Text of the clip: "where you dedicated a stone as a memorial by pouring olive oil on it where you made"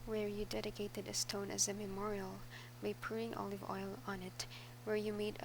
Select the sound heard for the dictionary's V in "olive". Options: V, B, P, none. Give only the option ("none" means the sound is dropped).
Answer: V